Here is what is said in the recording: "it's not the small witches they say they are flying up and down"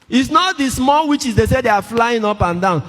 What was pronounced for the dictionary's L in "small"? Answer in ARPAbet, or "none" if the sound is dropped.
L